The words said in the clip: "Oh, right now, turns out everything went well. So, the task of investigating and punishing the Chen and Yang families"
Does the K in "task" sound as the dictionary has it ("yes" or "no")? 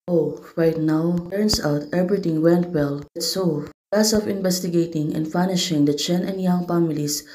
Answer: no